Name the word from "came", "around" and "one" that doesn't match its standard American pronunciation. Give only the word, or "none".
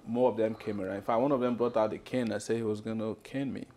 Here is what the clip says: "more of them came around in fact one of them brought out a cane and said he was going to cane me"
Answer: around